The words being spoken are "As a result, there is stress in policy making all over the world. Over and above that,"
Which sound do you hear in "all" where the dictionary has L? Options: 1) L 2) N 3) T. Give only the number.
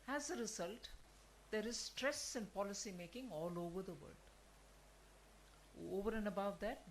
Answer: 1